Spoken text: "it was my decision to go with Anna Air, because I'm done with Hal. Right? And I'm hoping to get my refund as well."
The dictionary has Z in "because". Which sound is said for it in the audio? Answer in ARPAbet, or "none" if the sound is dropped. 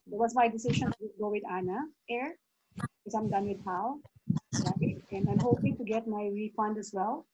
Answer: none